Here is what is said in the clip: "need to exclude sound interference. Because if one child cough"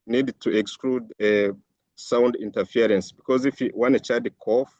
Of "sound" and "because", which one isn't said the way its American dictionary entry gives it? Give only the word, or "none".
none